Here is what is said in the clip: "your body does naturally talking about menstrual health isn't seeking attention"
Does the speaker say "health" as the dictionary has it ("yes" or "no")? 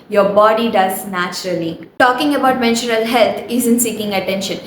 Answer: no